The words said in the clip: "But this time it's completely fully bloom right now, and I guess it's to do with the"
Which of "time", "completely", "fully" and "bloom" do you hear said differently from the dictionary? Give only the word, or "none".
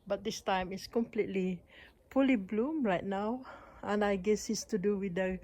fully